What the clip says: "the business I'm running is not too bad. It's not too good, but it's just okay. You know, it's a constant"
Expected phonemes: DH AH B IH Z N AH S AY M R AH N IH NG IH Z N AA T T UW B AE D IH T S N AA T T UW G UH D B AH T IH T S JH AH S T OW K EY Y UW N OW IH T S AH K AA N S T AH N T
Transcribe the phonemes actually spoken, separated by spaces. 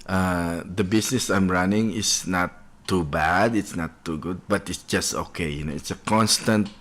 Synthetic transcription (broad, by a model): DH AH B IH S N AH S AY M R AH N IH NG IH S N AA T T UW B AE D IH T S N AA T T UW G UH D B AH T IH T S JH AH S T OW K EY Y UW N OW IH T S AH K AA N S T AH N T